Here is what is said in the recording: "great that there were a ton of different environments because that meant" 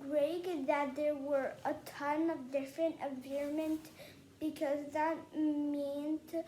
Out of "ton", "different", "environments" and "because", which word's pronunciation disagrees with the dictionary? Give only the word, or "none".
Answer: environments